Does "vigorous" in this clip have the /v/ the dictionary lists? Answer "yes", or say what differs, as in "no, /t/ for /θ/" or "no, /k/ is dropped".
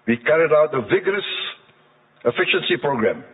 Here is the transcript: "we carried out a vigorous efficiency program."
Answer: yes